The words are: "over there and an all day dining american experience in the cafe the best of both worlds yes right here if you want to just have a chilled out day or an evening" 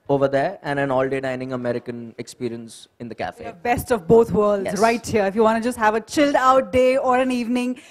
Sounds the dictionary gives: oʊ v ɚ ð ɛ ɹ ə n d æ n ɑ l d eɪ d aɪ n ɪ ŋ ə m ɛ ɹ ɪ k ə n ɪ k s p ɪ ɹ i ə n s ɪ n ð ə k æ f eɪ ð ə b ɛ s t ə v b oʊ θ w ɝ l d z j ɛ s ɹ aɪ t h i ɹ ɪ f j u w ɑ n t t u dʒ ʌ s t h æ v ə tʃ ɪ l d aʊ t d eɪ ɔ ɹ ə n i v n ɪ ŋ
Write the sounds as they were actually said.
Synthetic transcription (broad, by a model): oʊ v ɚ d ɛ ɹ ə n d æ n ɑ l d eɪ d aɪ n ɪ ŋ ə m ɛ ɹ ɪ k ə n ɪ k s p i ɹ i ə n s ɪ n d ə k æ f eɪ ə b ɛ s t ə v b oʊ t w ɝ l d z ɹ aɪ t h i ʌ ɪ f j u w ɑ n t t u dʒ ʌ s t h æ v ə tʃ ɪ l d aʊ t d eɪ ɔ ɹ ə n i v n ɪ ŋ